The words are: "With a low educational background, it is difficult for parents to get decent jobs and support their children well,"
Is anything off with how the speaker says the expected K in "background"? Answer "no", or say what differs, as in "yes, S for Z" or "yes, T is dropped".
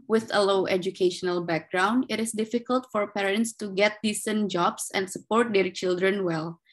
no